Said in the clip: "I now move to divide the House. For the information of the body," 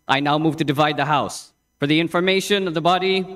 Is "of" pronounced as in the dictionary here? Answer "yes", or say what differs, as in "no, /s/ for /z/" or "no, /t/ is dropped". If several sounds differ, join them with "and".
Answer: yes